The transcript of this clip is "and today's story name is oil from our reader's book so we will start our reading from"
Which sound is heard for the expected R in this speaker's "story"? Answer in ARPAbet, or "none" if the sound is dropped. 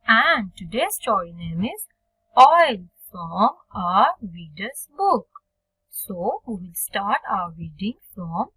none